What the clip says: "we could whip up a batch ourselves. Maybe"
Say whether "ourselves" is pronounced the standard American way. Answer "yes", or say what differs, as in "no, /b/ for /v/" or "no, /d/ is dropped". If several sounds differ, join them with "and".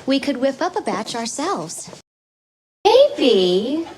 yes